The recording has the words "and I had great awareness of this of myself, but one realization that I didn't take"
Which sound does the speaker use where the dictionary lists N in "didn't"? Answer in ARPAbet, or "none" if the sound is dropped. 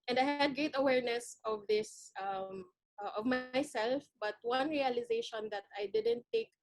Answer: N